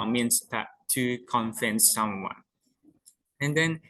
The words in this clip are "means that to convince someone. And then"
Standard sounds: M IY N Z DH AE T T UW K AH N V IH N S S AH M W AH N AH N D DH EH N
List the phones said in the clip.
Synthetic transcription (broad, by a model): M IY N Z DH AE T T UW K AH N F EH N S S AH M W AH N AH N D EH N